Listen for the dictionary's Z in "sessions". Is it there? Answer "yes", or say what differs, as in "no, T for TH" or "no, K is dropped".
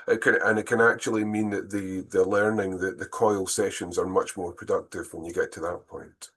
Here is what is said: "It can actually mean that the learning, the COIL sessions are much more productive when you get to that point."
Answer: yes